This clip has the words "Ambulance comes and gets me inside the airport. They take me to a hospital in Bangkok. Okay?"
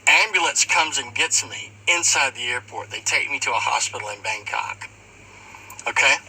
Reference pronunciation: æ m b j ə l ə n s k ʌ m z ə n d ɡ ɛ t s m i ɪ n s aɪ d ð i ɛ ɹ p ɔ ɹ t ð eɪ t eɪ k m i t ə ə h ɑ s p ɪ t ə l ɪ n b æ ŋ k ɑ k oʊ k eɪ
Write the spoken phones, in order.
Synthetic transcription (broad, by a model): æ m b j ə l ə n s k ʌ m z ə n ɡ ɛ t m i ɪ n s aɪ d ð i ɛ ɹ p ɔ ɹ t ð eɪ t eɪ k m i t ə ə h ɑ s p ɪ t l ɪ n b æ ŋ k ɑ k oʊ k eɪ